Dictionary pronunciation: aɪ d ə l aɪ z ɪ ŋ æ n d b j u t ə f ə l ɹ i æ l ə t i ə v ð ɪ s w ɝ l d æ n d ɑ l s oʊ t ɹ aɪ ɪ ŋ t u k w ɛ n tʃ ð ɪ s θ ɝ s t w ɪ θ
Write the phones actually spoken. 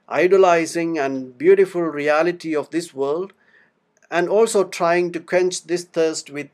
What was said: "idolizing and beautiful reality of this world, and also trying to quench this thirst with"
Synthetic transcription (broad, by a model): aɪ d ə l aɪ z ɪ ŋ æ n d b j u t ə f ə l ɹ i æ l ə t i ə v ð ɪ s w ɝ l d æ n d ɑ l s oʊ t ɹ aɪ ɪ ŋ t u k w ɛ n tʃ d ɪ s t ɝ s t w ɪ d